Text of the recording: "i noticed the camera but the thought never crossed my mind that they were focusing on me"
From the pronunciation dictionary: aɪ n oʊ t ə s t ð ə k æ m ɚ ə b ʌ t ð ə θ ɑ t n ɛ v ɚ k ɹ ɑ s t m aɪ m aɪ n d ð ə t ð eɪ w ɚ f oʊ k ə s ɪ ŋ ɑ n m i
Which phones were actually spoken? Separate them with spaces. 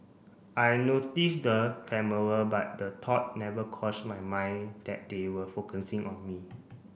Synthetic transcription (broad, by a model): aɪ n oʊ t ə s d ə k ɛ m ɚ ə b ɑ t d ə t ɑ t n ɛ v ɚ k ɑ s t m aɪ m aɪ n d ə t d eɪ w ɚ f oʊ k ə s ɪ ŋ ɑ n m i